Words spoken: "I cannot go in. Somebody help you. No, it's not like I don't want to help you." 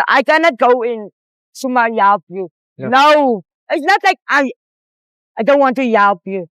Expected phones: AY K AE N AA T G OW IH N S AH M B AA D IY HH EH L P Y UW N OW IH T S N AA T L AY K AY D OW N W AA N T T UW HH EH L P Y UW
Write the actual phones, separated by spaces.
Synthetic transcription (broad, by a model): AY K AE N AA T G OW IH N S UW M AA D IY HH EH L P Y UW N OW IH T S N AA T L AY K AY D OW N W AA N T T UW HH EH L P Y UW